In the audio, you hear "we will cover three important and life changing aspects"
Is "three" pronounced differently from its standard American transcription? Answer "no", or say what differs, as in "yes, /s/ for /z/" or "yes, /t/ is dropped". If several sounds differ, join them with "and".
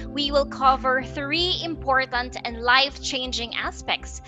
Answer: no